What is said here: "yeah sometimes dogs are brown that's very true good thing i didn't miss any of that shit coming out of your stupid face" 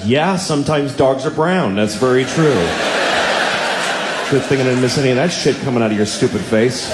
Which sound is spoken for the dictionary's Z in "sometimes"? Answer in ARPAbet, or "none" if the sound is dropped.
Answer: Z